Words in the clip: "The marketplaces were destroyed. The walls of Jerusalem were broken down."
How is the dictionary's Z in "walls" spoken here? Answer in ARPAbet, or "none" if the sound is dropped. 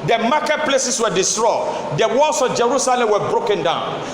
S